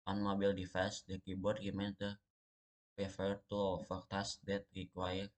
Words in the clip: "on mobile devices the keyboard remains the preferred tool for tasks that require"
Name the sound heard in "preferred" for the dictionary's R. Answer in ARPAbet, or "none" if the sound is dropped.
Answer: none